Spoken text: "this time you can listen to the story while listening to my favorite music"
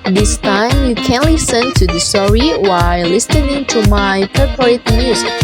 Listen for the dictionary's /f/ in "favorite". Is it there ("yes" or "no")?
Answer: no